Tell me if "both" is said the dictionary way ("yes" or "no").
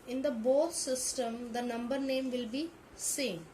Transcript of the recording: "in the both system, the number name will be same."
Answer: no